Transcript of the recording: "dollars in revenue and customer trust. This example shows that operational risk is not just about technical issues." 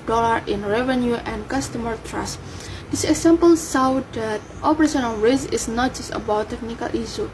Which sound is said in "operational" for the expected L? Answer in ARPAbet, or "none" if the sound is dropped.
N